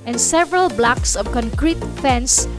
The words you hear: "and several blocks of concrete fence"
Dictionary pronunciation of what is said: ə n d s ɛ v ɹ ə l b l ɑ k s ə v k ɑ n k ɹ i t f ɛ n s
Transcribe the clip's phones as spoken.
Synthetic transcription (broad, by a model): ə n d s ɛ v ɹ ə l b l ɑ k s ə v k ɑ n k ɹ i t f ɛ n s